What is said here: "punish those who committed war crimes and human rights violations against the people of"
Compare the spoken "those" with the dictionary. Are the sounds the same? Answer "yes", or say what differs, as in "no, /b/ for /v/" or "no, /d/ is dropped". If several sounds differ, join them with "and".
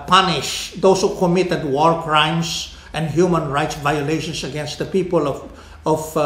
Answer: no, /s/ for /z/